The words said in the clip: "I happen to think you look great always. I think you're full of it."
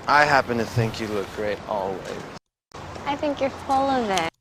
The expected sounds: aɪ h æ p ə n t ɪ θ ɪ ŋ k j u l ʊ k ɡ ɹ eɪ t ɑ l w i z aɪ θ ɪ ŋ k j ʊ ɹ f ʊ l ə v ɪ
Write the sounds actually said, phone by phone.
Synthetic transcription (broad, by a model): aɪ h æ p ə n t ɪ θ ɪ ŋ k j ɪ l ʊ k ɡ ɹ eɪ t ɑ l w i z aɪ θ ɪ ŋ k j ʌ ɹ f ʊ l ə v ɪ